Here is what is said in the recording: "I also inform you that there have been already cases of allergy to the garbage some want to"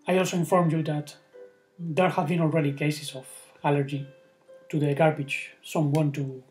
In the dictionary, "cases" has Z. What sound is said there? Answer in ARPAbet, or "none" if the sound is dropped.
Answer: S